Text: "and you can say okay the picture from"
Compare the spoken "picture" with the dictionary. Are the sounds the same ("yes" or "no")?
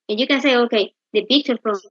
no